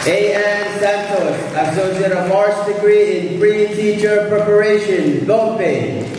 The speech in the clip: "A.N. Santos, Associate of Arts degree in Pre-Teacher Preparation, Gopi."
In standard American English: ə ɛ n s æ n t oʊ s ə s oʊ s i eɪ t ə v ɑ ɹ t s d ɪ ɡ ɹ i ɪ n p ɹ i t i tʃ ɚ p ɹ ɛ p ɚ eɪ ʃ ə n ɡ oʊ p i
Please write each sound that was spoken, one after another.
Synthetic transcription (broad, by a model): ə ɛ n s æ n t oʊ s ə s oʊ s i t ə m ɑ ɹ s d ɪ ɡ ɹ i ɪ n f ɹ i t i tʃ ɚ p ɹ ɛ p ɚ eɪ ʃ ə n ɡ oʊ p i